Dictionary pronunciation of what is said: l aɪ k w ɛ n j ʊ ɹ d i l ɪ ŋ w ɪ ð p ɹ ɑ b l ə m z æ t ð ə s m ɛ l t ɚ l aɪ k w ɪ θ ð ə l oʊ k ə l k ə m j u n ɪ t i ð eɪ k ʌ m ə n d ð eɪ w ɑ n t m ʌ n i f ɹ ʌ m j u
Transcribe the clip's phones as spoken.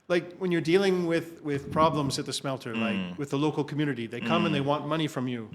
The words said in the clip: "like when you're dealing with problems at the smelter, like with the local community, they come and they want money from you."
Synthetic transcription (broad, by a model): l aɪ k w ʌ n j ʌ ɹ d i l ɪ ŋ w ɪ ð p ɹ ɑ b l ə m z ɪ t ð ə s m ɛ l t ɚ l aɪ k w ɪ ð ə l oʊ k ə l k m j u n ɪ t i ð eɪ k ʌ m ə n ð eɪ w ɑ n m ʌ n i f ɹ ʌ m j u